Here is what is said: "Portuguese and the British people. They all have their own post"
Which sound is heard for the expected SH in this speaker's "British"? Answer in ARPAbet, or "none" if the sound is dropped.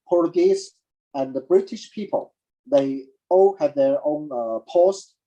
SH